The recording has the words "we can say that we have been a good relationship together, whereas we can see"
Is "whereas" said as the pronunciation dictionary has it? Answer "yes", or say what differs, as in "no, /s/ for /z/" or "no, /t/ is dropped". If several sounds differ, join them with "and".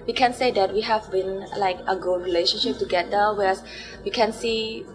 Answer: no, /s/ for /z/